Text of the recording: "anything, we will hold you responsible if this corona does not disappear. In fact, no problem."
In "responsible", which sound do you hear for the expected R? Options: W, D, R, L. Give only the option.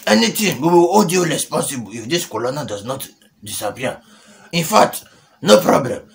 L